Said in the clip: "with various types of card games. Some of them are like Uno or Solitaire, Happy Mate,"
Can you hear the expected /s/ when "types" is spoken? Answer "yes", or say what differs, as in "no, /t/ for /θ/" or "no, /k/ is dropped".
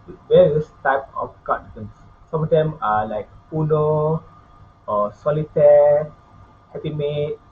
no, /s/ is dropped